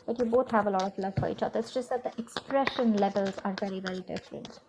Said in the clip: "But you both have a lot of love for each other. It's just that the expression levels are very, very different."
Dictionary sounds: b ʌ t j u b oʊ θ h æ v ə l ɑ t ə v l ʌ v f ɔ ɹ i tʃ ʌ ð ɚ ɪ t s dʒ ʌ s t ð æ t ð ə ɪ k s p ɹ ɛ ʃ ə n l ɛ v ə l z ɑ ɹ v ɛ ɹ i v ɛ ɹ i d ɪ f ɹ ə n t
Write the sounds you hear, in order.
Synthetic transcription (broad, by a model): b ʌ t j u b oʊ t h æ v ə l ɑ t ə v l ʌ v f ɔ ɹ i tʃ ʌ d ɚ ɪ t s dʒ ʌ s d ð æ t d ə ɪ k s p ɹ ɛ ʃ ə n l ɛ v ə l z ɑ ɹ v ɛ ɹ i v ɛ ɹ i d ɪ f ɹ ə n t